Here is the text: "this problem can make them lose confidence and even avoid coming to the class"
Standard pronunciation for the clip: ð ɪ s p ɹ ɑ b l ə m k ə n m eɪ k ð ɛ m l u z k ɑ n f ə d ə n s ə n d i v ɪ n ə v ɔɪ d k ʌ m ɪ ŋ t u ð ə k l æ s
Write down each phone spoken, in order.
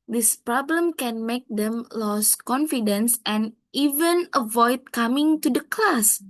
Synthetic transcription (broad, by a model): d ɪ s p ɹ ɑ b l ə m k ə n m eɪ k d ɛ m l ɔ s k ɑ n f ə d ə n s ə n i v ɪ n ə v ɔɪ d k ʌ m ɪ ŋ t u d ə k l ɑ s